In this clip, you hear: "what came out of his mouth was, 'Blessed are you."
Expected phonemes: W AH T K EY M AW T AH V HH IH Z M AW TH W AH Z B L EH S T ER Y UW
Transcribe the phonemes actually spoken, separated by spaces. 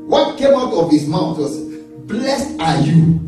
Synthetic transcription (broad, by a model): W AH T K EY M AW T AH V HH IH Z M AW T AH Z B L EH S T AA Y UW